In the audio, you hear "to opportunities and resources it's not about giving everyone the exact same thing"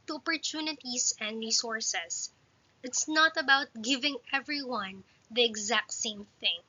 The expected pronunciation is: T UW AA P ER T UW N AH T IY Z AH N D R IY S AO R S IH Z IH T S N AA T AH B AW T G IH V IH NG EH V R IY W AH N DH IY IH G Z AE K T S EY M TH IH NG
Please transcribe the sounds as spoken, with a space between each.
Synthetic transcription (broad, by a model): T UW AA P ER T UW N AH T IY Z AH N D R IY S AO R S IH S IH T S N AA T AH B AW T G IH V IH NG EH V R IY W AH N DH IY IH G Z AE K T S EY M TH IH NG